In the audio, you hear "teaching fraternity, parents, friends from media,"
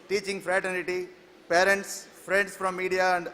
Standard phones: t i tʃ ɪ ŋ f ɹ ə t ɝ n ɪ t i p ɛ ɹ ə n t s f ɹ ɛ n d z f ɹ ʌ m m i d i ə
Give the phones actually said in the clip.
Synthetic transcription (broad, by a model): t i tʃ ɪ ŋ f ɹ ə t ɝ n ɪ t i p ɛ ɹ ə n t s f ɹ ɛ n d s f ɹ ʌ m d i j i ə